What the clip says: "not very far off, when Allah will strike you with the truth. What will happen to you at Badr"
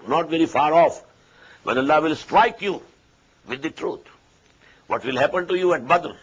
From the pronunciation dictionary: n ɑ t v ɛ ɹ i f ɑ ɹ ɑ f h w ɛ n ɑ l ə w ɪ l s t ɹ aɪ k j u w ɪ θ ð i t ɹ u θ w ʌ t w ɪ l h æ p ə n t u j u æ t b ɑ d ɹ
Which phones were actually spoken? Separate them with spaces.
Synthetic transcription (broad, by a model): n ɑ t v ɛ ɹ i f ɑ ɹ ɑ f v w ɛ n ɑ l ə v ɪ l s t ɹ aɪ k j u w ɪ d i t ɹ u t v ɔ t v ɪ l h æ p ə n t u j u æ t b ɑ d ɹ